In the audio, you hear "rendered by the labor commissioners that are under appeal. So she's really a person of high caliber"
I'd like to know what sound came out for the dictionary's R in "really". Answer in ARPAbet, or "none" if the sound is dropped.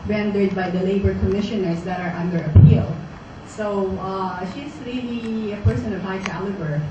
L